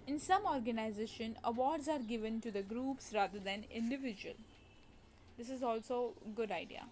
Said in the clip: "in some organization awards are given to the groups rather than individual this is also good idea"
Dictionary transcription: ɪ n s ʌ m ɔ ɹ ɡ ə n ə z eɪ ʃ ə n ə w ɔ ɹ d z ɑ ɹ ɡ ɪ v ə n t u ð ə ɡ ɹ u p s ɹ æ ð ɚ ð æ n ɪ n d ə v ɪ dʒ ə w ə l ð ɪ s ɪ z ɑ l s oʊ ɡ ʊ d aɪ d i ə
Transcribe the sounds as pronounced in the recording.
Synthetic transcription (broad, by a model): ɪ n s ʌ m ɔ ɹ ɡ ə n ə z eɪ ʃ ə n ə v ɔ ɹ d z ɑ ɹ ɡ ɪ v ə n t u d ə ɡ ɹ u p s ɹ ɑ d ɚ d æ n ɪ n d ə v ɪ dʒ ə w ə l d ɪ s ɪ z ɑ l s oʊ ɡ ʊ d aɪ d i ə